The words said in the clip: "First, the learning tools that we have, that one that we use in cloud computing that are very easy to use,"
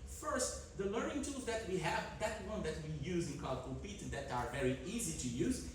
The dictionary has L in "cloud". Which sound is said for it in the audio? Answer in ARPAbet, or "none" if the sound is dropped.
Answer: none